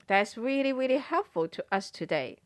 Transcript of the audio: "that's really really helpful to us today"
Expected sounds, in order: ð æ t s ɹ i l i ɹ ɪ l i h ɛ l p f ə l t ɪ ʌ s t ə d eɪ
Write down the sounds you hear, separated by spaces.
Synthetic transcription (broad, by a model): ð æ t s ɹ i l i ɹ ɪ l i h ɛ l p f ə l t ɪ ʌ s t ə d eɪ